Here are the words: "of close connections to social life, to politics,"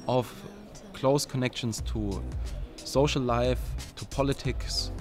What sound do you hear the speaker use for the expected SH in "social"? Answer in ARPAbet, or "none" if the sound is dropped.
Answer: none